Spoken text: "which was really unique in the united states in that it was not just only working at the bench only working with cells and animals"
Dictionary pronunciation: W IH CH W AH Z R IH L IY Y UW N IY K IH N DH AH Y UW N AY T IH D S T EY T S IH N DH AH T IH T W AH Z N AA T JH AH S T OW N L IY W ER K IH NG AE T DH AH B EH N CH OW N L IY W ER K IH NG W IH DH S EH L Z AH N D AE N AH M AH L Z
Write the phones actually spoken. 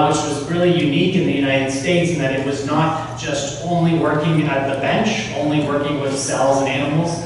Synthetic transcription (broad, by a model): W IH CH W AH Z R IH L IY Y UW N IY K IH N DH AH Y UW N AY T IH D S T EY T S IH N DH AH T IH T W AH Z N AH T ZH AH S T OW N L IY W ER K IH NG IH T DH AH B EH N CH OW N L IY W ER K IH NG W IH DH S EH L Z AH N AE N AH M L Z